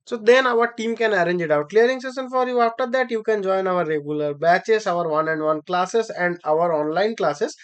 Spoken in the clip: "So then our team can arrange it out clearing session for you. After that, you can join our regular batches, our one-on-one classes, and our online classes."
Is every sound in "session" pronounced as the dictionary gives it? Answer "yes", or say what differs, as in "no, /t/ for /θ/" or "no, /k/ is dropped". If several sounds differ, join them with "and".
no, /s/ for /ʃ/